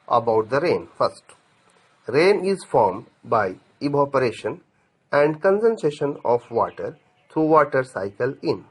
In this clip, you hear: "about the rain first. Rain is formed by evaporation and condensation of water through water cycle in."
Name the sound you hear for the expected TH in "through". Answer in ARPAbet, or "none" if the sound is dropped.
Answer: T